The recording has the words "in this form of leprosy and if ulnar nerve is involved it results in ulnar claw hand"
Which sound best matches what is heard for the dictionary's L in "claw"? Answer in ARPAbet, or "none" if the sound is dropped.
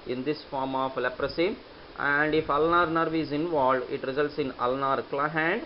L